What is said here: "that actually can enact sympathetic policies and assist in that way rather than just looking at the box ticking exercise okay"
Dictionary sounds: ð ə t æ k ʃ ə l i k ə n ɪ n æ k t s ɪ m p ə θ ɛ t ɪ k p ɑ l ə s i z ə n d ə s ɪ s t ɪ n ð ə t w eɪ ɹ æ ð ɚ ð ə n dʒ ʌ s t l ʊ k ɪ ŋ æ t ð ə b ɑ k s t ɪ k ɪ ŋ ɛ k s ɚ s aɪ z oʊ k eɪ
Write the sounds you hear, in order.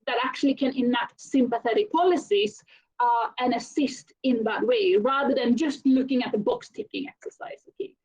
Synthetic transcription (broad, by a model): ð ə t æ k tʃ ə l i k ə n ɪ n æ t s ɪ m p ə θ ɛ t ɪ k p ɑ l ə s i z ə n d ə s ɪ s t ɪ n ð ə t w eɪ ɹ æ ð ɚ ð ə n dʒ ʌ s t l ʊ k ɪ ŋ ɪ t ð ə b ɑ k s t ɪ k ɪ ŋ ɛ k s ɚ s aɪ z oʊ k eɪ